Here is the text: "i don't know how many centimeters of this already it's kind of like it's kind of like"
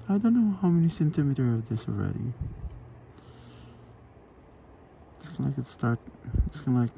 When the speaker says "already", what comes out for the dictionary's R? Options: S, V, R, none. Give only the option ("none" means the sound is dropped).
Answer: R